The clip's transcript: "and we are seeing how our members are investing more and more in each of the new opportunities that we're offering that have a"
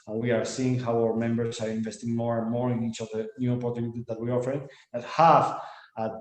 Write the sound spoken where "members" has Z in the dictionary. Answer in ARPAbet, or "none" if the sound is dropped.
S